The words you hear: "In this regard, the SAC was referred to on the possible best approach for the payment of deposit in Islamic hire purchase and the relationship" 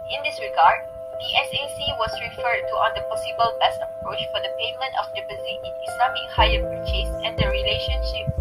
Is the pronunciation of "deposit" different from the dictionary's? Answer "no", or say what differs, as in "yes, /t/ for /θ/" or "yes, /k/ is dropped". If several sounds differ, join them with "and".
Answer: yes, /b/ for /p/